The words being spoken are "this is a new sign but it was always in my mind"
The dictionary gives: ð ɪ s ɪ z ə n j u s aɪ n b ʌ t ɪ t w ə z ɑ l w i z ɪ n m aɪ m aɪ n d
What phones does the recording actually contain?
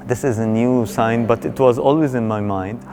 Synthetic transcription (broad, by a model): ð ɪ s ɪ z ə n j u s aɪ n b ʌ t ɪ t w ə z ɑ l w i z ɪ n m aɪ m aɪ n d